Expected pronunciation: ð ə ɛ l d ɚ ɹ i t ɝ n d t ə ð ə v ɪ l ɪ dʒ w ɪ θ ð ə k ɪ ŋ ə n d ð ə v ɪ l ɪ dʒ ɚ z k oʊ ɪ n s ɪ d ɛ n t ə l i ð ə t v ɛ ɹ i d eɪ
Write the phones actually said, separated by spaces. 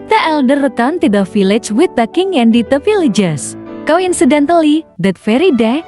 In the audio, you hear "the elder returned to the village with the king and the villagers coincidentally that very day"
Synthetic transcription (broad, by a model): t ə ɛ l d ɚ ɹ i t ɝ n t ə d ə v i l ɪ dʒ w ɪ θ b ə k ɪ ŋ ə n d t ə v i l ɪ dʒ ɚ s k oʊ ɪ n s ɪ d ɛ n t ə l i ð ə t f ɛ ɹ i d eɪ